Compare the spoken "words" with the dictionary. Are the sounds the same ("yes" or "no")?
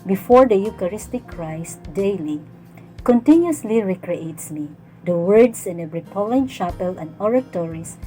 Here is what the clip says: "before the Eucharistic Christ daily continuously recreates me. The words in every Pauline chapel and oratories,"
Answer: no